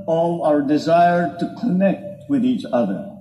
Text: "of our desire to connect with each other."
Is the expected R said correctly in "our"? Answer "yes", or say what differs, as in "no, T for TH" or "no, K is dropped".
yes